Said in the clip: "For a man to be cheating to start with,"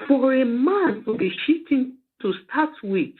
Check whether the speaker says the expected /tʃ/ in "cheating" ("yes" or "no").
no